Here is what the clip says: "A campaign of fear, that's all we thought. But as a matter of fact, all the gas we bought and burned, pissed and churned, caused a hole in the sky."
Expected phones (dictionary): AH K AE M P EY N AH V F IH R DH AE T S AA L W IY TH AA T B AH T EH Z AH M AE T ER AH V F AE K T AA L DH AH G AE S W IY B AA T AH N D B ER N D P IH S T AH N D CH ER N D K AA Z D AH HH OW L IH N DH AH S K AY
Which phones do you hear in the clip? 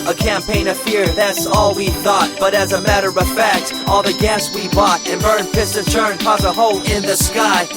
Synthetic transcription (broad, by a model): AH K AE M P EY N AH V F IH R DH AE T S AA L W IY TH AA T B AH T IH Z AH M AE T ER AH V F AE K T AA L DH AH G AE S W IY B AA T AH N B ER N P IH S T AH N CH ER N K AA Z AH HH OW L IH N DH AH S K AY